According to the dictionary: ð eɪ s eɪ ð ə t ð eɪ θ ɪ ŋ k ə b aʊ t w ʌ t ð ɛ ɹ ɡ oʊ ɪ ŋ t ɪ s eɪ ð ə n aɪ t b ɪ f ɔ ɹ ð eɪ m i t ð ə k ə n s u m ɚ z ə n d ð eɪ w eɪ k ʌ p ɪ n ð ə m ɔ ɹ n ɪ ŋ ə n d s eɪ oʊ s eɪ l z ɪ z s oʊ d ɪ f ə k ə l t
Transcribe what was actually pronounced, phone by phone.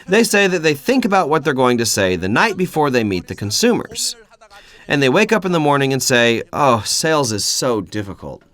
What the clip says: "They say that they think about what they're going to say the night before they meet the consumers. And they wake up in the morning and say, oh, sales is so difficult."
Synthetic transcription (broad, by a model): ð eɪ s eɪ ð ə t ð eɪ θ ɪ ŋ k ə b aʊ t w ʌ t ð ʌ ɹ ɡ oʊ ɪ ŋ t ɪ s eɪ ð ə n aɪ t b ɪ f ɔ ɹ ð eɪ m i t ð ə k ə n s u m ɚ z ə n ð eɪ w eɪ k ʌ p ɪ n ð ə m ɔ ɹ n ɪ ŋ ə n s eɪ oʊ s eɪ l z ɪ z s oʊ d ɪ f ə k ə l t